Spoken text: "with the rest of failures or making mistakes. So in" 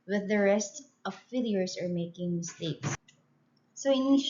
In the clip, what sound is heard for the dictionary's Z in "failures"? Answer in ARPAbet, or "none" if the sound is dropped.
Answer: S